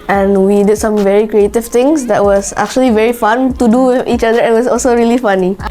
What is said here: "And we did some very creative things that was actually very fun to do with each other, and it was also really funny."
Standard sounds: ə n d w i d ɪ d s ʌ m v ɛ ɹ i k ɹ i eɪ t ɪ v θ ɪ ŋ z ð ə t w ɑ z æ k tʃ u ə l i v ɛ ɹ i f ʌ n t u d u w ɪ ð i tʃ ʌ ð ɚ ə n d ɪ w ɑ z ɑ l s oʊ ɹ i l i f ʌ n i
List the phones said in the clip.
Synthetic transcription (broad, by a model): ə n w i d ɪ d s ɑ m v ɛ ɹ i k ɹ i eɪ t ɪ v t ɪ ŋ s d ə t w ɑ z æ k tʃ u ə l i v ɛ ɹ i f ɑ n t u d u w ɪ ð i tʃ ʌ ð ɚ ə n w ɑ s ɑ l s oʊ ɹ i l i f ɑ n i